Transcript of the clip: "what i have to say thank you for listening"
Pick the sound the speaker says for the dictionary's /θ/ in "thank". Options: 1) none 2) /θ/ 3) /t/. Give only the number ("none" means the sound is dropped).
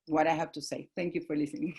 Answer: 3